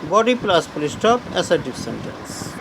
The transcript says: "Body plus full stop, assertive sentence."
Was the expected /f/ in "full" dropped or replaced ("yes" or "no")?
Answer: yes